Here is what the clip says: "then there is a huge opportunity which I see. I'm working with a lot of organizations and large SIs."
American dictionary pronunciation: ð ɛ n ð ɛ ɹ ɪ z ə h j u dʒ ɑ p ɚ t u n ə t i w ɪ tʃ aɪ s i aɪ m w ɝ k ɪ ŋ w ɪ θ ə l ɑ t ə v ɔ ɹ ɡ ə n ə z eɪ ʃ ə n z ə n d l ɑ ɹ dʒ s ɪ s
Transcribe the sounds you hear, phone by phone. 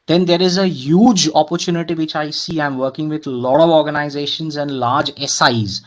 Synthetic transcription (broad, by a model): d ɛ n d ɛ ɹ ɪ z ə h j u dʒ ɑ p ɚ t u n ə t i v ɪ tʃ aɪ s i aɪ m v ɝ k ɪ ŋ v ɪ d l ɑ t ə v ɔ ɹ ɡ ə n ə z eɪ ʃ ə n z ə n d l ɑ ɹ dʒ s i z